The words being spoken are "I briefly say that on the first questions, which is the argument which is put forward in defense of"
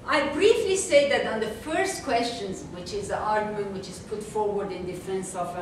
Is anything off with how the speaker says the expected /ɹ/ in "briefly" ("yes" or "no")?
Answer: no